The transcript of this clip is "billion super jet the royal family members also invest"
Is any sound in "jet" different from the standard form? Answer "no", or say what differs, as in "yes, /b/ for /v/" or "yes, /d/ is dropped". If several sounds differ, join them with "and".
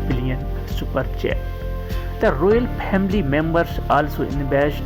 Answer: yes, /tʃ/ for /dʒ/